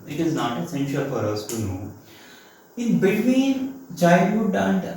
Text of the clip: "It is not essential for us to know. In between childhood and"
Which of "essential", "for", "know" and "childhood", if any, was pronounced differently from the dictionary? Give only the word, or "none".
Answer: childhood